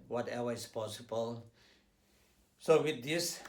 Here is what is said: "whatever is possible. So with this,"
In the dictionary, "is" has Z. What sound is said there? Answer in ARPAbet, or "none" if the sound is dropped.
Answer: S